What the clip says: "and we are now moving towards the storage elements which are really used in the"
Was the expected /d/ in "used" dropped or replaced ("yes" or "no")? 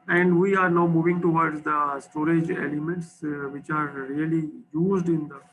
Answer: no